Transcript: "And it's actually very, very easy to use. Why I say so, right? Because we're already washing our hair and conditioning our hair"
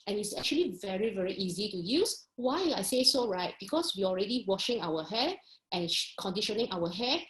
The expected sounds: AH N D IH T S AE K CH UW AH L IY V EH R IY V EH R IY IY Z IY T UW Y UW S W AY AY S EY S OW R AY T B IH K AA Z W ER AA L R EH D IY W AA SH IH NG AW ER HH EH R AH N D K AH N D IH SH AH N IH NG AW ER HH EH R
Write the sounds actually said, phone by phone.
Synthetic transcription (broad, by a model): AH N IH T S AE K CH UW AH L IY V EH R IY V EH R IY IY Z IY T UW Y UW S W AY AY S EY S OW R AY T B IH K AA S W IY AA L R EH D IY W AA SH IH NG AW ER HH EH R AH N K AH N D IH SH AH N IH NG AW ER HH EH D